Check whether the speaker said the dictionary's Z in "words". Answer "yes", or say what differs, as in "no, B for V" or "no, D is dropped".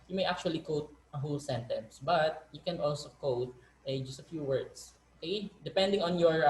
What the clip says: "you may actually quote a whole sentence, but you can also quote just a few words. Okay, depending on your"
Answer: no, S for Z